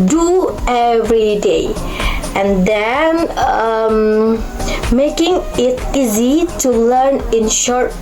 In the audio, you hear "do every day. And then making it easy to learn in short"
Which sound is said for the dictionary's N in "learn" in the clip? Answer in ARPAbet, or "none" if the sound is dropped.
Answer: N